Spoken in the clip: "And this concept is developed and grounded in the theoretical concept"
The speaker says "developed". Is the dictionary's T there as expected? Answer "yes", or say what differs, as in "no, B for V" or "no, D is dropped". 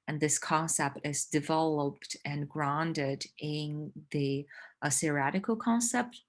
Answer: yes